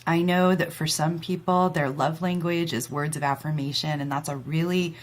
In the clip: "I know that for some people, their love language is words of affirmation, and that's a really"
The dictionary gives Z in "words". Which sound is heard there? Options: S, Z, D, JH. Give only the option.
Z